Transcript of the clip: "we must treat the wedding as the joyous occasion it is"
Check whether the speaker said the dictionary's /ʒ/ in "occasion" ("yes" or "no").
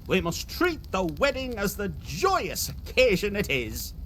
yes